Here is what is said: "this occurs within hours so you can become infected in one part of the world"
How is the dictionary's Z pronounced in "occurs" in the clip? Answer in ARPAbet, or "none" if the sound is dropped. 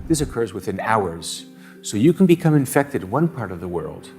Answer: Z